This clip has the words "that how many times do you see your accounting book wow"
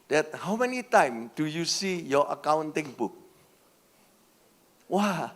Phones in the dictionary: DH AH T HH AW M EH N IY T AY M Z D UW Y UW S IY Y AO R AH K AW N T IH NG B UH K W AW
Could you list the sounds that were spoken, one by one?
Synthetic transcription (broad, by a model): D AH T HH AW M EH N IY T AY M D UW Y UW S IY Y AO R AH K AW N T IH NG B UH K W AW